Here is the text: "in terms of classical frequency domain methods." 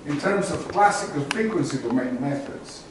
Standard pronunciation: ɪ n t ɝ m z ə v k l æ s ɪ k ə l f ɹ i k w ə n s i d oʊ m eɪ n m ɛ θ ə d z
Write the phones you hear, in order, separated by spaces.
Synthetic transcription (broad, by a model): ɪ n t ɝ m z ə v k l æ s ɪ k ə n f ɹ i k w ə n s i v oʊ m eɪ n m ɛ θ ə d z